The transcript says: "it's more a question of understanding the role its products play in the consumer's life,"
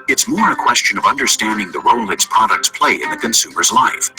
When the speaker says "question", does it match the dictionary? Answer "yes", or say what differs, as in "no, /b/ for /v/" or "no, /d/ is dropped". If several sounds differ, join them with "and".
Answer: yes